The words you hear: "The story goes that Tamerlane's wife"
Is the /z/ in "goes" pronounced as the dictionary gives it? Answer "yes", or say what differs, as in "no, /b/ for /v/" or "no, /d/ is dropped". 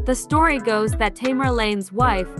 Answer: yes